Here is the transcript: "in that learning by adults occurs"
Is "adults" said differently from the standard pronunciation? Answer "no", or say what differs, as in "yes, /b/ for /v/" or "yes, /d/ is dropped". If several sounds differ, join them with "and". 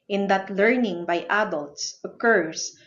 no